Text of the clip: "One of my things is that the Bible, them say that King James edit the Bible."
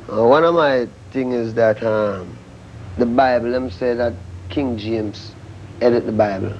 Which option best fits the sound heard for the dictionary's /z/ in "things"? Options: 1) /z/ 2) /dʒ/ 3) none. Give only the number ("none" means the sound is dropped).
3